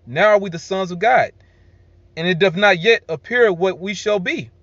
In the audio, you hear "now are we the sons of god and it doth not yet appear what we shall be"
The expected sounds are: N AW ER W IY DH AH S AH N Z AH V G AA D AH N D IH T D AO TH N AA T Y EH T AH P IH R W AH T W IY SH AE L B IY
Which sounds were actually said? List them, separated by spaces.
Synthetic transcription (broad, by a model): N AW ER W IY DH AH S AH N Z AH V G AA D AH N IH T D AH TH N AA T Y EH T AH P IH R W AH T W IY SH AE L B IY